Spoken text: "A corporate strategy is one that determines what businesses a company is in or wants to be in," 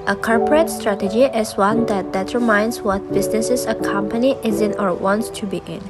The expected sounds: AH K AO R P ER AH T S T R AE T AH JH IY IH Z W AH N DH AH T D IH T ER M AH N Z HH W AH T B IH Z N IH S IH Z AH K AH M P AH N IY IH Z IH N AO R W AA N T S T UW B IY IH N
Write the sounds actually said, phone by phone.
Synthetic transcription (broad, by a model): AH K AO R P ER AH T S T R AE T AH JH IY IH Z W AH N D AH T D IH T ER M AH N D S W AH T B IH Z N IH S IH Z AH K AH M P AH N IY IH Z IH N AO R W AA N T S T UW B IY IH N